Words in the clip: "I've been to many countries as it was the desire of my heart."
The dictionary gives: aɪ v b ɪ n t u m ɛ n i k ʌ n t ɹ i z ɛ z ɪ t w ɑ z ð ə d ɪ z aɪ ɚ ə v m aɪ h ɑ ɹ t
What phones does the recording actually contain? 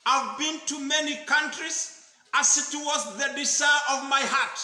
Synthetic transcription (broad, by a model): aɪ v b ɪ n t u m ɛ n i k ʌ n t ɹ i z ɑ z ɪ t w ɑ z ð ə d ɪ s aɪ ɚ ə v m aɪ h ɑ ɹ t